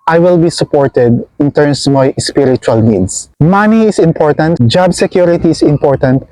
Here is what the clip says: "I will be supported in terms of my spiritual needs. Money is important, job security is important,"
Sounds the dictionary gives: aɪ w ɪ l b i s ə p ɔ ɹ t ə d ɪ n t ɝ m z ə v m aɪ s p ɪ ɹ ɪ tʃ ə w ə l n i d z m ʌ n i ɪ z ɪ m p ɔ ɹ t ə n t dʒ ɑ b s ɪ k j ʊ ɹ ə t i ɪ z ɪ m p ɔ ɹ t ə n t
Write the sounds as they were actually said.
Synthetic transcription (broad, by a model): aɪ w ɪ l b i s ə p ɔ ɹ t ə d ɪ n t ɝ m s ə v m aɪ s p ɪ ɹ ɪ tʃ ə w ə l n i d s m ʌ n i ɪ s ɪ m p ɔ ɹ t ə n t dʒ ɑ b s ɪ k j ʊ ɹ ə t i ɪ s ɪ m p ɔ ɹ t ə n t